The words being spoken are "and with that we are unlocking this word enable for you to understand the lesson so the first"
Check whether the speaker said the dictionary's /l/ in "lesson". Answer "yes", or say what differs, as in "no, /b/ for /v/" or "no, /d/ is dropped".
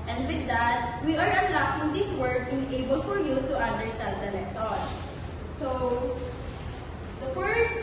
no, /n/ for /l/